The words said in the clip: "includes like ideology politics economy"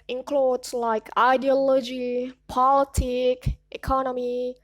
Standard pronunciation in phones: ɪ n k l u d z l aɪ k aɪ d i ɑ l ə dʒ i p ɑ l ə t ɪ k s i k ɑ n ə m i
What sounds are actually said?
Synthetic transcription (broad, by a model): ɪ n k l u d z l aɪ k aɪ d i ɑ l ə dʒ i p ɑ l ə t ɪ k i k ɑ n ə m i